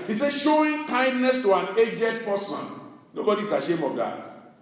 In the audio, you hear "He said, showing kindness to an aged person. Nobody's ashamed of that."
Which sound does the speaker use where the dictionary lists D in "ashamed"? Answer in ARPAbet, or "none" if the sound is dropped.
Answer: none